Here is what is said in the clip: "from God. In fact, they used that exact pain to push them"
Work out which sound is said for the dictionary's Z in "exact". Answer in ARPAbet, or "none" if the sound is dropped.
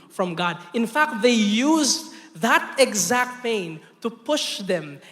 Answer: Z